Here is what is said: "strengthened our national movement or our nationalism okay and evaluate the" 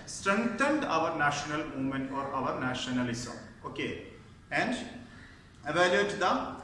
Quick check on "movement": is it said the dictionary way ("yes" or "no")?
no